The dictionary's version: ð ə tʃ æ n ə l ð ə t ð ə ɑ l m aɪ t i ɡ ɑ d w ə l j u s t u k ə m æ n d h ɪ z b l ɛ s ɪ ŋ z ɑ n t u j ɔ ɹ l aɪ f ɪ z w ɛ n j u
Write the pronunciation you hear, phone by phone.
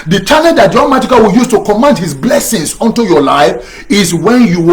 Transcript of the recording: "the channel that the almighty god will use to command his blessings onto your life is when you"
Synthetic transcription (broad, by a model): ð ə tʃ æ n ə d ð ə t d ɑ m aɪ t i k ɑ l w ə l j u s t u k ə m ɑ n d h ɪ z b l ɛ s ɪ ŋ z ɑ n t u j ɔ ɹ l aɪ f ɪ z w ɛ n j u